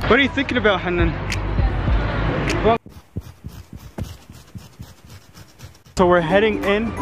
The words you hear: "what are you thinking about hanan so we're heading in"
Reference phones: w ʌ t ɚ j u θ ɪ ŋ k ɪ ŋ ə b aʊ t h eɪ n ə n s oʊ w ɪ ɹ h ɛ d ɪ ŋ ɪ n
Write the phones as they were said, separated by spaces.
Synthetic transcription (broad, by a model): w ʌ t ɚ j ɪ θ ɪ ŋ k ɪ ŋ ə b aʊ t h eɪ n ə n s oʊ w ɪ ɹ h ɛ d ɪ ŋ ɪ n